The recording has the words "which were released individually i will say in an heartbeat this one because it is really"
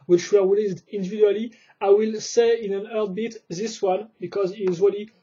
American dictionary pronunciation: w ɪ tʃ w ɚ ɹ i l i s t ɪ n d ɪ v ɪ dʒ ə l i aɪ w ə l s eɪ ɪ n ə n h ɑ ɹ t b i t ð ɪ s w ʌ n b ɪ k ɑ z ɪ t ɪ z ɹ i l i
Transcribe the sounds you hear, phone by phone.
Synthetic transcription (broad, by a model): w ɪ tʃ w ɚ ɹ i l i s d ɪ n d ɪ v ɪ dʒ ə l i aɪ w ə l s eɪ ɪ n ə n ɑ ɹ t b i t ð ɪ s w ʌ n b ɪ k ɑ z ɪ t ɪ z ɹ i l i